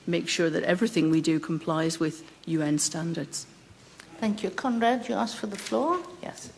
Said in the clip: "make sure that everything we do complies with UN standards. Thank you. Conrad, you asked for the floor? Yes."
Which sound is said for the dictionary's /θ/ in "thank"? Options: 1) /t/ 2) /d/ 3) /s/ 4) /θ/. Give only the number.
4